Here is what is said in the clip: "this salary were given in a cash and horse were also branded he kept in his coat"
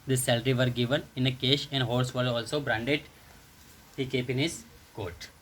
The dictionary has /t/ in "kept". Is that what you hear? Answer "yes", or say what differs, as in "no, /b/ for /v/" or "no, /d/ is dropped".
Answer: no, /t/ is dropped